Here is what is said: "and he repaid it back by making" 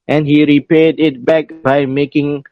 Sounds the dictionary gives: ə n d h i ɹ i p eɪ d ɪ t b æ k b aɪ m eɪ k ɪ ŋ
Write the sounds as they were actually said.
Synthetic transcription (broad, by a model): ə n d h i ɹ i p eɪ d ɪ t b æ k b aɪ m eɪ k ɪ ŋ